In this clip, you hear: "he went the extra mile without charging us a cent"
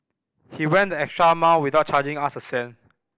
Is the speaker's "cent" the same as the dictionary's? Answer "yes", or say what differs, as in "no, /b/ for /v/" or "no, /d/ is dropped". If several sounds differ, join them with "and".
no, /t/ is dropped